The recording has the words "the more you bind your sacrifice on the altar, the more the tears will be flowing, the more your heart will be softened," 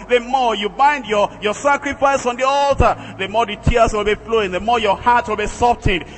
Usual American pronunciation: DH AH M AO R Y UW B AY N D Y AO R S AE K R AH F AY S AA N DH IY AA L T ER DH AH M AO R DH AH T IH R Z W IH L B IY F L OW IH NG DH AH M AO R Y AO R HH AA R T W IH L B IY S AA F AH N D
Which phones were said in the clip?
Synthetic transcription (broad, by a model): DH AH M AO R Y UW B AY N D Y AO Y S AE K R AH F AY S AA N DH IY AA L T ER DH AH M AO R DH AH T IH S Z W IH L B IY F L OW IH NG DH AH M AO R Y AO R HH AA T W IH L B IY S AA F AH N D